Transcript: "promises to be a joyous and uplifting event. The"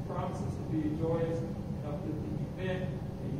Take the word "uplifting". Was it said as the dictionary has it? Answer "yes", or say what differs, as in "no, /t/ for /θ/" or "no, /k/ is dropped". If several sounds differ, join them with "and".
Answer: no, /f/ is dropped